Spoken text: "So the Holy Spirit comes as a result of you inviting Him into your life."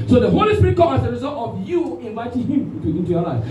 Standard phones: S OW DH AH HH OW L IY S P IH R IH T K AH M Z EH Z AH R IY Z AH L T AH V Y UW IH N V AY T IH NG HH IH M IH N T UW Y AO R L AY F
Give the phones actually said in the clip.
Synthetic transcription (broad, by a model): S OW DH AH HH OW L IY S P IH R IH T K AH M AA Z AH R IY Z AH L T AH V Y UW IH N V AY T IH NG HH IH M IH N T UW Y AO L AY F